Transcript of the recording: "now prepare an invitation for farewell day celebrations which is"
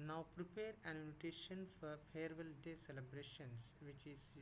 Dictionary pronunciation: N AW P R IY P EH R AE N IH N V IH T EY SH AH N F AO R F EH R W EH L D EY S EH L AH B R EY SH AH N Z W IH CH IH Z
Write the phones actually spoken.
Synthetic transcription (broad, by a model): N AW P R IY P EH R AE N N IH T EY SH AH N F AO R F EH R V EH L D EY S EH L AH B R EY SH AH N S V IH CH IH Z